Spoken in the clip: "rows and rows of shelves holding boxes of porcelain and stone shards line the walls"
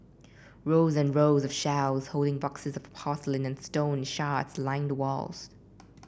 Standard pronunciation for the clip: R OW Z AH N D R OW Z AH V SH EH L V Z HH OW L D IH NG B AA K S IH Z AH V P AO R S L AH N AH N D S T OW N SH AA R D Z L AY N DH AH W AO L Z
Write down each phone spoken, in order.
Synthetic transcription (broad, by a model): R OW Z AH N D R OW Z AH V SH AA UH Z HH OW L D IH NG B AA K S IH Z AH V P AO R S L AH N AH N S T OW N SH AA R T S L AY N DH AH W AO L Z